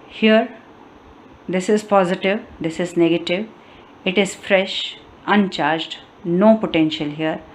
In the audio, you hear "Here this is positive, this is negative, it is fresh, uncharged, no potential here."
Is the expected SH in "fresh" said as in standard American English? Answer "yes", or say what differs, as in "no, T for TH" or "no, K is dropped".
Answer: yes